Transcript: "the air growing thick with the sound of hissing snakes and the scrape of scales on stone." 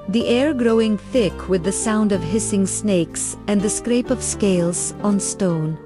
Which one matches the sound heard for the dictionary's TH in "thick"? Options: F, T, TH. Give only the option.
TH